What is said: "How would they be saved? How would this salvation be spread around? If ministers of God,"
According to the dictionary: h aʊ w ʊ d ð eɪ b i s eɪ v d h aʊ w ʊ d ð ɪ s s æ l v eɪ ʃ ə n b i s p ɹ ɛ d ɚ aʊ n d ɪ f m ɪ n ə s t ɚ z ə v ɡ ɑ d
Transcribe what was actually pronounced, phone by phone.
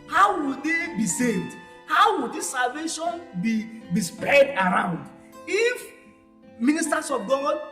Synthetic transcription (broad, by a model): h aʊ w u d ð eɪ b i s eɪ d h aʊ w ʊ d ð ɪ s s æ l v eɪ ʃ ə n b i s p ɹ ɛ d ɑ aʊ n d ɪ f m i n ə s t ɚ s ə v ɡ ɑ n